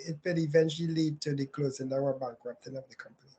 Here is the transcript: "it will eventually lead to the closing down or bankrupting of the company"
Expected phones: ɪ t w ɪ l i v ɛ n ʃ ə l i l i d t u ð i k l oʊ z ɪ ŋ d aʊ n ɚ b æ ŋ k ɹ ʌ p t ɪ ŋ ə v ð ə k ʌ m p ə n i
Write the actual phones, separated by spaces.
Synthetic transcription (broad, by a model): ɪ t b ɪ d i v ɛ n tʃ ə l i l i d t u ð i k l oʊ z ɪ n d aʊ ɚ b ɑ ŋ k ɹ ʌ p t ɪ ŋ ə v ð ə k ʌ m p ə n i